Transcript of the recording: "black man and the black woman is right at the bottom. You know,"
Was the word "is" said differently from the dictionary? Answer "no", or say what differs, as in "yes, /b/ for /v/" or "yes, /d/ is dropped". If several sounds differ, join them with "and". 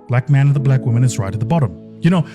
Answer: no